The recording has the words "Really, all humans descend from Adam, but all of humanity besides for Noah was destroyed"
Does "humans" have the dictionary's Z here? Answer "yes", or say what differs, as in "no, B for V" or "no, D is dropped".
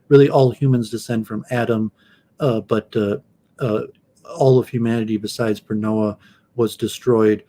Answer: yes